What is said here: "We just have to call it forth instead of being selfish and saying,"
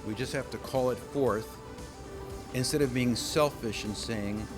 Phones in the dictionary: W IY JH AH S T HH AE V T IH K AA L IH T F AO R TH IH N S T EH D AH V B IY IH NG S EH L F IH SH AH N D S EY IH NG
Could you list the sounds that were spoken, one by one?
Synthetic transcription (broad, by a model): W IY JH AH S T HH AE F T IH K AA L IH T F AO R TH IH N S T EH D AH V B IY IH NG S EH L F IH SH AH N S EY IH NG